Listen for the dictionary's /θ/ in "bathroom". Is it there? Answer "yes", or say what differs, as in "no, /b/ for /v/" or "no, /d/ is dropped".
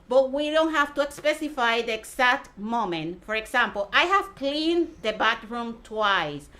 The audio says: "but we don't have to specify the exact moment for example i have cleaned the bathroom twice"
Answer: no, /t/ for /θ/